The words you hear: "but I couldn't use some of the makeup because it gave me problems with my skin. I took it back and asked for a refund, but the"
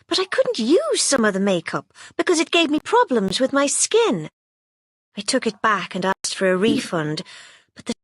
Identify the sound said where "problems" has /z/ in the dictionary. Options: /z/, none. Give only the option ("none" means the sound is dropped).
/z/